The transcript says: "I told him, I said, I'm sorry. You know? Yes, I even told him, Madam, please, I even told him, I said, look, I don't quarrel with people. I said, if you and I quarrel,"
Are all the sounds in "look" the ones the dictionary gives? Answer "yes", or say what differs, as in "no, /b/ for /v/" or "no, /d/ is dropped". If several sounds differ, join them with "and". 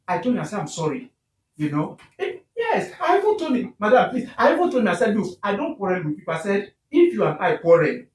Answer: no, /k/ is dropped